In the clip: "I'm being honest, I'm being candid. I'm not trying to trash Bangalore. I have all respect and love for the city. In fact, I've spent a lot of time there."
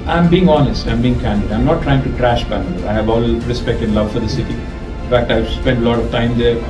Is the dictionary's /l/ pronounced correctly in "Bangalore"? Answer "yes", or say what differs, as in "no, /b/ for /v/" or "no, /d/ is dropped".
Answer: no, /l/ is dropped